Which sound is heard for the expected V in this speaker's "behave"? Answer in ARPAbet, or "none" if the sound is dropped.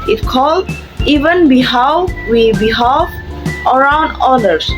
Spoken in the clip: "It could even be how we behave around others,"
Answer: F